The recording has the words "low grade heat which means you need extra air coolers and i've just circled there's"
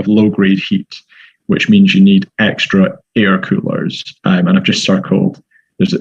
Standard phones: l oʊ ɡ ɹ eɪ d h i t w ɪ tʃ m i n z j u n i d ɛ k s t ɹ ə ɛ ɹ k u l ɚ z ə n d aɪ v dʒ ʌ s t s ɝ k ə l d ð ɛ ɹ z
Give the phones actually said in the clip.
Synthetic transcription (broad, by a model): l oʊ ɡ ɹ eɪ d h i t w ɪ tʃ m i n z j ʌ n i d ɛ k s t ɹ ə ɛ ɹ k u l ɚ z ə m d aɪ v dʒ ʌ s t s ɝ k ə l d ð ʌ ɹ z